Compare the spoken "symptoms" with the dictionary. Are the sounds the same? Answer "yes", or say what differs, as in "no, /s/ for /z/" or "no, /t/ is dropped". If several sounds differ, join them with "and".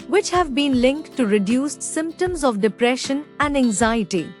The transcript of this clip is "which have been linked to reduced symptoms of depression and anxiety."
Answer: yes